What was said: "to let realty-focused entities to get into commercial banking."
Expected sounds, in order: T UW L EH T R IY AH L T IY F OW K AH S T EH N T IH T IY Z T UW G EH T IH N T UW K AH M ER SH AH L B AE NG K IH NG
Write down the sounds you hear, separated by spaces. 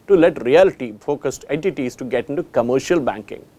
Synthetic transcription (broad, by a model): T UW L EH T R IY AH L T IY F OW K AH S T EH N T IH T IY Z T UW G EH T IH N T UW K AH M ER SH AH L B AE NG K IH NG